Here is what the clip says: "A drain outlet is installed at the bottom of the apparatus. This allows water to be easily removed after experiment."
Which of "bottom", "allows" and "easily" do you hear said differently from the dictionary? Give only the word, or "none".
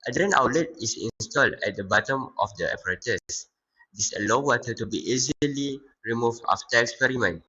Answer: allows